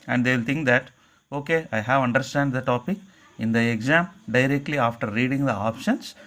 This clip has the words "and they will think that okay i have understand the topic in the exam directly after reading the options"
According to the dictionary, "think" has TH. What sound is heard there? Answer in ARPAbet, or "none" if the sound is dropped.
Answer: T